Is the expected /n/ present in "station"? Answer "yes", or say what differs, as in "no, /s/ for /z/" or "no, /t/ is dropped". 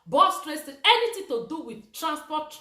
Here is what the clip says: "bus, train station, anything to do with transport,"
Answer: no, /n/ is dropped